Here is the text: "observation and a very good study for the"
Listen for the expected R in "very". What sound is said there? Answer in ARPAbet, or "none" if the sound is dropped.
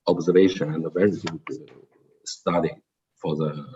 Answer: R